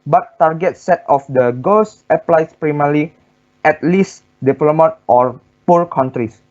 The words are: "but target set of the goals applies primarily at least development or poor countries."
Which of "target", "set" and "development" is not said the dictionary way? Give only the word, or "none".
development